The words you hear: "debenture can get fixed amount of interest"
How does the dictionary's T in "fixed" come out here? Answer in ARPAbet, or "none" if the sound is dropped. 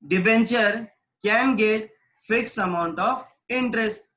none